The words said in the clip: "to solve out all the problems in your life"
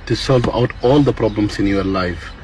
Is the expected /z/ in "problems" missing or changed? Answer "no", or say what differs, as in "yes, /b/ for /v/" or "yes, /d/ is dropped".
yes, /s/ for /z/